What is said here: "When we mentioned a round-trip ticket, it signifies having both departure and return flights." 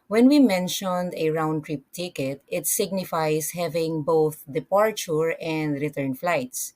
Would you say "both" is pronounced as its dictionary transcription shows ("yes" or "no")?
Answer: yes